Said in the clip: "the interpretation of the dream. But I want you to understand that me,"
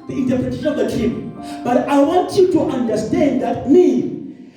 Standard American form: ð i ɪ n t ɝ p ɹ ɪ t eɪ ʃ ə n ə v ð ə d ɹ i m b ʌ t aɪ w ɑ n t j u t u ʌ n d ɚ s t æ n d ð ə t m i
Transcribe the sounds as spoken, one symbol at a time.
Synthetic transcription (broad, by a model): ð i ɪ n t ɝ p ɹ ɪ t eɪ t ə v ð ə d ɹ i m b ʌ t aɪ w ɑ n t j u t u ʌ n d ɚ s t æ n d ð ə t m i